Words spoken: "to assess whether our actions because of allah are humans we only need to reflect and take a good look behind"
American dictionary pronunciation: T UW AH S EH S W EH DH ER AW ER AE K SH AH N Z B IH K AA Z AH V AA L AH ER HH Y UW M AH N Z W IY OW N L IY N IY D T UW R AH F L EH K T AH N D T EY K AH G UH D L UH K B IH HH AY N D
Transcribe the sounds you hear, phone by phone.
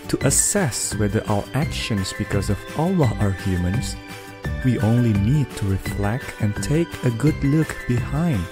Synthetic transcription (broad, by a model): T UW AH S EH S W EH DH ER AW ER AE K SH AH N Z B IH K AA Z AH V AA L AH ER HH Y UW M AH N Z W IY OW N L IY N IY D T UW R AH F L EH K T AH N T EY K AH G UH D L UH K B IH HH AY N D